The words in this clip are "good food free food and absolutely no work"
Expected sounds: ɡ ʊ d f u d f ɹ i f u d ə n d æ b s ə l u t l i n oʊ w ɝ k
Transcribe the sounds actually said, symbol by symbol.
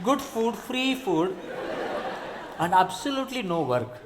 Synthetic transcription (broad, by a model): ɡ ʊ d f u d f ɹ i f u d ə n d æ b s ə l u t l i n oʊ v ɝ k